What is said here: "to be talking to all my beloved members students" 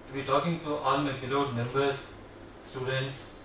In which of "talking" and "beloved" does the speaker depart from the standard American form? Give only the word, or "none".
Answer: beloved